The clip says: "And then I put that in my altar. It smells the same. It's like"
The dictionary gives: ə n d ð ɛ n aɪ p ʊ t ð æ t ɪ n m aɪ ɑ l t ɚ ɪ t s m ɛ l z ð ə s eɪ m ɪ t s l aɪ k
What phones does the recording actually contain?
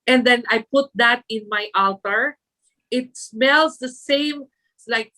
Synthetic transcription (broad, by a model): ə n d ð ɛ n aɪ p ʊ t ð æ t ɪ n m aɪ ɑ l t ɚ ɪ t s m ɛ l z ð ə s eɪ ɪ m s l aɪ k